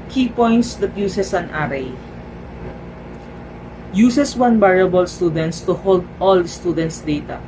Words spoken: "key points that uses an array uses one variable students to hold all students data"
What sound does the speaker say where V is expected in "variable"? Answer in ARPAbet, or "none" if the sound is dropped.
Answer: B